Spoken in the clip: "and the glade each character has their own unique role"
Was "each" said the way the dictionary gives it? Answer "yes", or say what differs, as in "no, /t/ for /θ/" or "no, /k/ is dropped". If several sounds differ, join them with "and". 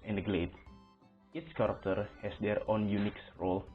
no, /s/ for /tʃ/